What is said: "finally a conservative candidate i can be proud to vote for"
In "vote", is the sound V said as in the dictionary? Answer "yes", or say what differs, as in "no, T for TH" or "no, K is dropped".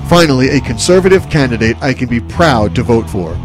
yes